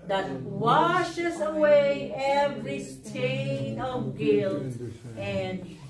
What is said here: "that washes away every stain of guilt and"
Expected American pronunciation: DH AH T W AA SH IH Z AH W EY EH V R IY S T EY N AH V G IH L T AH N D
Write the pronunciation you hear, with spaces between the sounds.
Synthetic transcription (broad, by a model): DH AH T W AA SH IH Z AH W EY EH V R IY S T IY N AH V G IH L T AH N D